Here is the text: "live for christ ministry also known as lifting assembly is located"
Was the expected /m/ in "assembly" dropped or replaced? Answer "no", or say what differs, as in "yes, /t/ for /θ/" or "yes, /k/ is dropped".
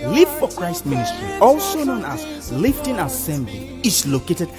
no